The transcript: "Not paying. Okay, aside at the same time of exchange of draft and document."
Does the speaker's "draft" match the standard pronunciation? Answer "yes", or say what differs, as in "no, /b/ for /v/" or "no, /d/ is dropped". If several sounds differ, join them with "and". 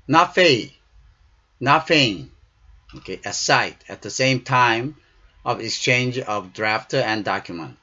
yes